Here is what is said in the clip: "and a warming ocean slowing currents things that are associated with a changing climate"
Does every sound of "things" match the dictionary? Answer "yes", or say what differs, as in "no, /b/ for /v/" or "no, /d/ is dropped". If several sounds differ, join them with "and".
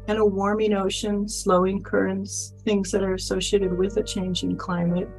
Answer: yes